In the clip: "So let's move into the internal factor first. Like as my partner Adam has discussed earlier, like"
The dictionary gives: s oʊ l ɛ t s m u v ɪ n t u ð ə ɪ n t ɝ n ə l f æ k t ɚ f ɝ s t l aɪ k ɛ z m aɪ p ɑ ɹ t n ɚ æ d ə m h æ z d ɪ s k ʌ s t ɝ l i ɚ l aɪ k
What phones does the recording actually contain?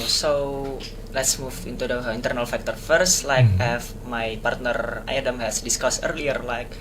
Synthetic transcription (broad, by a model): s oʊ l ɛ t s m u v ɪ n t u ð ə ɪ n t ɝ n ə l f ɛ k t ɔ f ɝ s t l aɪ k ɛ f m aɪ p ɑ ɹ t n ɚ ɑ d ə m h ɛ s d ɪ s k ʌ s ɝ l i ɚ l aɪ k